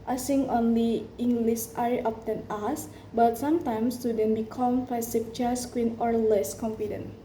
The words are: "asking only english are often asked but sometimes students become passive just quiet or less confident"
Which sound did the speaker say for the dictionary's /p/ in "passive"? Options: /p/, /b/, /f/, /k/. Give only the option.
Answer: /f/